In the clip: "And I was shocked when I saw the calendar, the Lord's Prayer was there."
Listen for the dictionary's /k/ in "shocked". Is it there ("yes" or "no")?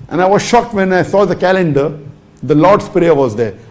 yes